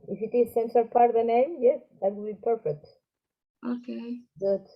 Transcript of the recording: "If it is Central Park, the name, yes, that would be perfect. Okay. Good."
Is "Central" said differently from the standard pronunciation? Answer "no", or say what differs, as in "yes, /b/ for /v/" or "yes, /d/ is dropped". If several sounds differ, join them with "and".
yes, /ɹ/ is dropped